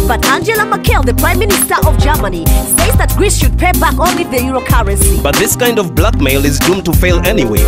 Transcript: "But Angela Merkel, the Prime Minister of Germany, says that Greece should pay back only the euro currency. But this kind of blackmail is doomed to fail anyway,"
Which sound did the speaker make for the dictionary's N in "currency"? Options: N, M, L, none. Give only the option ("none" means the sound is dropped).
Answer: none